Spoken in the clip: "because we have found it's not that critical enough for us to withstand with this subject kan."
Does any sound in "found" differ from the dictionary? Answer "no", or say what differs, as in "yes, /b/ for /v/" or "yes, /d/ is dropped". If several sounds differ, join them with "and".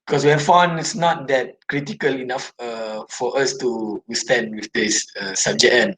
yes, /d/ is dropped